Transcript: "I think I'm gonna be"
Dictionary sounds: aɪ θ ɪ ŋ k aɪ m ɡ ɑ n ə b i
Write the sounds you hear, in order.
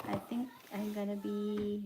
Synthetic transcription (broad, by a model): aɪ t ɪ ŋ k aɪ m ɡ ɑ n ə b i